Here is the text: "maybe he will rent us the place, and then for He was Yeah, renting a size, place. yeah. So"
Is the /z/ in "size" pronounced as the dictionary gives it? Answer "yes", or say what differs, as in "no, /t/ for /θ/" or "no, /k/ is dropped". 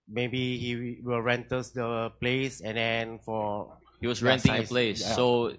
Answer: no, /z/ is dropped